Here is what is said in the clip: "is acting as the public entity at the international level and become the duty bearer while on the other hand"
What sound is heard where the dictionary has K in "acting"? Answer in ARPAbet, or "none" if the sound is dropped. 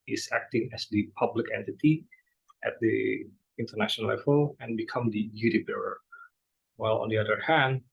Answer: K